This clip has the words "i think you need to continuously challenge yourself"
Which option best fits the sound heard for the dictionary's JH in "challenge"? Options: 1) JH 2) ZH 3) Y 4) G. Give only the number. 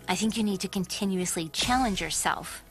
1